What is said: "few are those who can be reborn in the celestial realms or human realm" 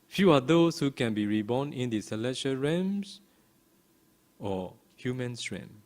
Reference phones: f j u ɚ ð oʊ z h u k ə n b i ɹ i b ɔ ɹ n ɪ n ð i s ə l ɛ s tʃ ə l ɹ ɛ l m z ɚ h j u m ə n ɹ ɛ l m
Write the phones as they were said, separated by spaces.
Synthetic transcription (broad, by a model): f j u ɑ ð oʊ s h u k ə n b i ɹ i b ɔ n ɪ n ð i s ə l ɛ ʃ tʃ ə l ɹ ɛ m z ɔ h j u m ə n ɹ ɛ m